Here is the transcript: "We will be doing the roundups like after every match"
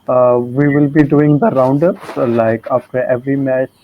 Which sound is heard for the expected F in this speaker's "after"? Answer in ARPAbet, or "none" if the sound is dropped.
P